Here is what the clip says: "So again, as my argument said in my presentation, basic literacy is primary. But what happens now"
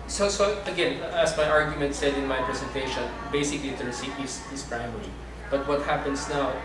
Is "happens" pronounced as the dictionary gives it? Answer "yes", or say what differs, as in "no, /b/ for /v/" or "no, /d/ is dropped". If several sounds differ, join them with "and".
no, /s/ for /z/